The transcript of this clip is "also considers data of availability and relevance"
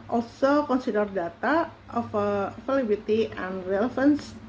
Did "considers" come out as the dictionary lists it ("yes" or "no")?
no